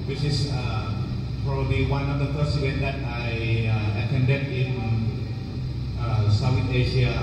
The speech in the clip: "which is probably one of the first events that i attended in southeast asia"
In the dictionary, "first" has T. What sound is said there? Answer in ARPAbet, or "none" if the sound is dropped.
none